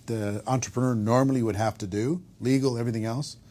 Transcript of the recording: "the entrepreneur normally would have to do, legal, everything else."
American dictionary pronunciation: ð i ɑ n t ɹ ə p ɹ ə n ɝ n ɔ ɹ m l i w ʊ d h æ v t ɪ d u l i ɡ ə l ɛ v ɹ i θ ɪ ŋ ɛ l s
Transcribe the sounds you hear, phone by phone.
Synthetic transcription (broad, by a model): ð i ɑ n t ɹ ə p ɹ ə n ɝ n ɔ ɹ m l i w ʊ d h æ f t ɪ d u l i ɡ l ɛ v ɹ i θ ɪ ŋ ɛ l s